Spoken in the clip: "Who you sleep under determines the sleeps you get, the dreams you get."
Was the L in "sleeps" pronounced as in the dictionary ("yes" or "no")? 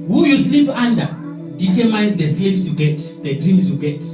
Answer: no